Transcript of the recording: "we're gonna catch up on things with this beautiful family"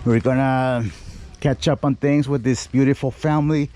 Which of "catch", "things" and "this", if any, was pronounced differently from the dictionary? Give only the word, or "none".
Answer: none